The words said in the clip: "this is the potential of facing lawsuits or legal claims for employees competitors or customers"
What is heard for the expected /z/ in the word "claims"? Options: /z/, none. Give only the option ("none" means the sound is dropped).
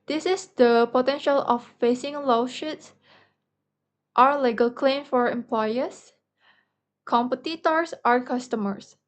none